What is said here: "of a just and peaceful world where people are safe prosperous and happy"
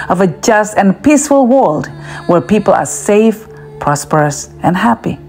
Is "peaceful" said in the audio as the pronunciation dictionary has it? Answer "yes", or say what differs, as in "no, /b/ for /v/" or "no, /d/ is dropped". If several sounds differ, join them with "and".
yes